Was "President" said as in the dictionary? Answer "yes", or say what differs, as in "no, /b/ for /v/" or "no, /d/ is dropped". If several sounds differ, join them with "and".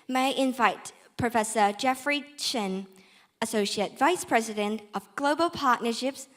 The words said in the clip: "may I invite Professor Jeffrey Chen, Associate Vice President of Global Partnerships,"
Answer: yes